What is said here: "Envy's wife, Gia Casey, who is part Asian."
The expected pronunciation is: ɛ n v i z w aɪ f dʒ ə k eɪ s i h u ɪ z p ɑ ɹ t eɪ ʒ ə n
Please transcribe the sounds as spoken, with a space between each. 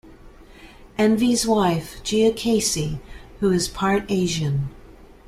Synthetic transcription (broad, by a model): ɛ n v i z w aɪ f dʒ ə k eɪ s i h u ɪ z p ɑ ɹ t eɪ ʒ ə n